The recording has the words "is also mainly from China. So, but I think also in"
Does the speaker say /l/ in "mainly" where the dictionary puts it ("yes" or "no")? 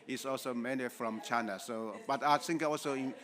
no